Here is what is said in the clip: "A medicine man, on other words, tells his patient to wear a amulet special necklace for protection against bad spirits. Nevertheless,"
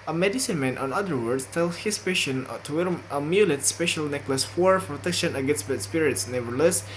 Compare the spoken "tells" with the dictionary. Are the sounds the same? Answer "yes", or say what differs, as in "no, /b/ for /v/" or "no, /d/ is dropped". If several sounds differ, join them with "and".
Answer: no, /z/ is dropped